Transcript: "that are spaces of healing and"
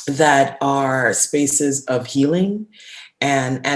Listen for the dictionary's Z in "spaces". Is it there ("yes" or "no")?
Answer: yes